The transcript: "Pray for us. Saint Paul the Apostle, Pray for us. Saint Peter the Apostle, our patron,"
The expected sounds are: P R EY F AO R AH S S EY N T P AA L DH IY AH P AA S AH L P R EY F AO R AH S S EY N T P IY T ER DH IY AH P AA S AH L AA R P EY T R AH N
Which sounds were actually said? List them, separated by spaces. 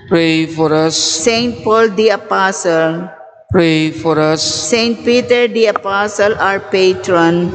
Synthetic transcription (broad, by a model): P R EY F AO R AH S S EY N T P AA L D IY AH P AA S AH L P R EY F AO R AH S S EY N T P IY T ER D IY AH P AA S AH L AA R P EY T R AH N